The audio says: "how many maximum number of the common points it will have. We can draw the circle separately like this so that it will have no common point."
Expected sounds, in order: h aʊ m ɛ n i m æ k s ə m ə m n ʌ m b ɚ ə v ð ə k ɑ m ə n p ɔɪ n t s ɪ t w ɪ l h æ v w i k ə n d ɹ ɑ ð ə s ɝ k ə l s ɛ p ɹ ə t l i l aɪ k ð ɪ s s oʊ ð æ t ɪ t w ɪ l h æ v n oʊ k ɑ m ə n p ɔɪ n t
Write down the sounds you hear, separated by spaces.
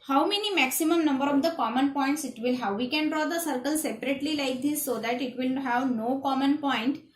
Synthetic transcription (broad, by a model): h aʊ m ɛ n i m æ k s ə m ə m n ʌ m b ɚ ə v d ə k ɑ m ə n p ɔɪ n t s ɪ t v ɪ l h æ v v i k ə n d ɹ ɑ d ə s ɝ k ə l s ɛ p ɹ ə t l i l aɪ k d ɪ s s oʊ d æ t ɪ t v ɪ l h æ v n oʊ k ɑ m ə n p ɔɪ n t